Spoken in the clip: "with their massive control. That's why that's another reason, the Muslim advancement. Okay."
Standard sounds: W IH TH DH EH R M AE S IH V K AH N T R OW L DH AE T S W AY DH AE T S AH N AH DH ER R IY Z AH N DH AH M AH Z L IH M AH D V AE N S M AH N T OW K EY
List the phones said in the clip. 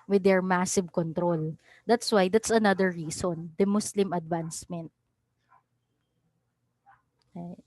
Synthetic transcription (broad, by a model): W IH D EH R M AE S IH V K AH N T R OW L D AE T S W AY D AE T S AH N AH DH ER R IY S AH N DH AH M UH S L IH M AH D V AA N S M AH N T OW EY